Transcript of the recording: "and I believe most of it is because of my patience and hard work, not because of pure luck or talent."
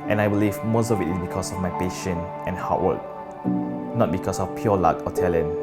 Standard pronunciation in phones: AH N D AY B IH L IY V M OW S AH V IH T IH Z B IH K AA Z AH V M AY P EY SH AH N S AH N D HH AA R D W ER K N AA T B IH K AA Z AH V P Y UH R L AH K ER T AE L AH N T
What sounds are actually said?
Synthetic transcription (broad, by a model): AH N AY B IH L IY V M OW S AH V IH T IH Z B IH K AA S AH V M AY P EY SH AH N AH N HH AA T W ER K N AA T B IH K AA S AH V P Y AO L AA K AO T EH L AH N